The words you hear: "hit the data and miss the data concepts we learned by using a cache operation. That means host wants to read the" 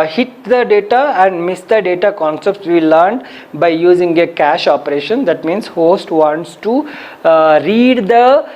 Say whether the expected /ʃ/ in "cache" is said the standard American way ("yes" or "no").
yes